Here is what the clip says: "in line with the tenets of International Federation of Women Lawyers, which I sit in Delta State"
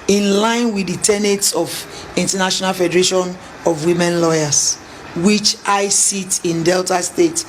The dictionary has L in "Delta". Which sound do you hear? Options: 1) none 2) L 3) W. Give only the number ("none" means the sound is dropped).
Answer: 2